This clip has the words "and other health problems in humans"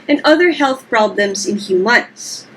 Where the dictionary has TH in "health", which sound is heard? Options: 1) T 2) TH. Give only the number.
2